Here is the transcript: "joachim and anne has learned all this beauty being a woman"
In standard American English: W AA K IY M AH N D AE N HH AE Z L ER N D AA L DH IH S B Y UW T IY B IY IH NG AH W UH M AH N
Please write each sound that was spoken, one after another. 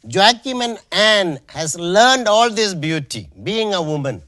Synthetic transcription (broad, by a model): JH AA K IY M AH N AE N HH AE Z L ER N D AA L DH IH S B Y UW T IY B IY IH NG AH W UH M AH N